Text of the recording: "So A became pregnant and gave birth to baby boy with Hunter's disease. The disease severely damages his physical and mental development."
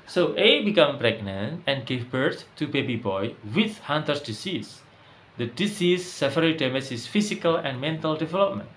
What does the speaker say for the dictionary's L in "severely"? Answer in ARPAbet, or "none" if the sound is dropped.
none